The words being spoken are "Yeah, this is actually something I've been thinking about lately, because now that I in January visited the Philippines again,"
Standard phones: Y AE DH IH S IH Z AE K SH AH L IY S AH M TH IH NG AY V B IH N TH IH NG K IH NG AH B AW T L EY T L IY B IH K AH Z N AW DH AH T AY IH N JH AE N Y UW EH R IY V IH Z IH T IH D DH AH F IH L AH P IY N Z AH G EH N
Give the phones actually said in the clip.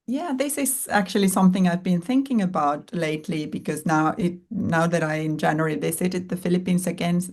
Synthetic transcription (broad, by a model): Y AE DH IH S IH Z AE K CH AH L IY S AH M TH IH NG AY V B IH N TH IH NG K IH NG AH B AW T L EY T L IY B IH K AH Z N AW DH AH T AY IH N JH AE N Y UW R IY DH IH S IH T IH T DH AH F IH L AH P IY N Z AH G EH N